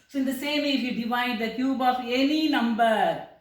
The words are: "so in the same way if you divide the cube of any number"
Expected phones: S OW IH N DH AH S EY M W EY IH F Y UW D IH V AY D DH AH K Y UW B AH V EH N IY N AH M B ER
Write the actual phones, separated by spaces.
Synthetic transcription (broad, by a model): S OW IH N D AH S EY M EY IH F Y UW D IH V AY D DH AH K Y UW B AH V EH N IY N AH M B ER